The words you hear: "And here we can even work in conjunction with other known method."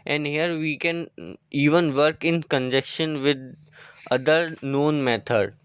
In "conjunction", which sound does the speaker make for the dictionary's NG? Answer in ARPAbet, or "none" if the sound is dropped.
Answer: none